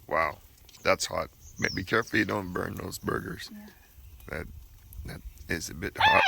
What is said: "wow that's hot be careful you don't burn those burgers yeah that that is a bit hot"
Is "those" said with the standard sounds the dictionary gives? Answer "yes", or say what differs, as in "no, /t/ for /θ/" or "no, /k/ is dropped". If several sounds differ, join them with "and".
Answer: yes